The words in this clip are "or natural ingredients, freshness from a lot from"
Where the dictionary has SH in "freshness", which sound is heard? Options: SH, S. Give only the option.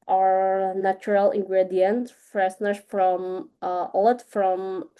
S